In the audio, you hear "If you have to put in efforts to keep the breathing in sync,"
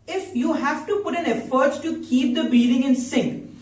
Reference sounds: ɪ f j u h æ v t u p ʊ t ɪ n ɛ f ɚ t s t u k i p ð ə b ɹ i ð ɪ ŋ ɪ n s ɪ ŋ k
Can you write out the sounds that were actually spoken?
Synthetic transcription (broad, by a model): ɪ f j u h æ v t u p ʊ t ɪ n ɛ f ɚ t t u k i p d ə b i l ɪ ŋ ɪ n s ɪ ŋ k